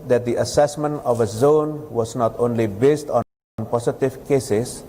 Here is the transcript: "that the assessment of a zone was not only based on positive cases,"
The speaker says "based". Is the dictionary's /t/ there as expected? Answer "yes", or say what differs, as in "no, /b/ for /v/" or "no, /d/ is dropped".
yes